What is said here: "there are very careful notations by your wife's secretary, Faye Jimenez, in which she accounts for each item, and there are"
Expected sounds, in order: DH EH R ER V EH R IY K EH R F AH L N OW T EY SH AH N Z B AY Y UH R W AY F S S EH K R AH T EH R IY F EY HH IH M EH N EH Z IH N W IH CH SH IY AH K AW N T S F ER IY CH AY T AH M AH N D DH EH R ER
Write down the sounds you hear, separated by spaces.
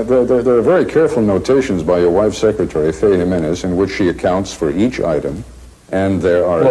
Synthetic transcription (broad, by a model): DH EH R ER V EH R IY K EH R F L N OW T EY SH AH N Z B AY Y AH R W AY F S S EH K R AH T EH R IY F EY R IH M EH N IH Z IH N W IH CH SH IY AH K AW N T S F ER IY CH AY T AH M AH N DH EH R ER